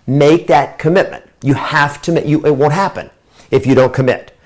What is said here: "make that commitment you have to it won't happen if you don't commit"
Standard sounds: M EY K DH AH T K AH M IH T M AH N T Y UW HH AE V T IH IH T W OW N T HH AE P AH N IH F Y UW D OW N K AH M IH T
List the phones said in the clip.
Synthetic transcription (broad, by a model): M EY K DH AH T K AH M IH T M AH N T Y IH HH AE F T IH IH T W OW N T HH AE P AH N IH F Y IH D OW N K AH M IH T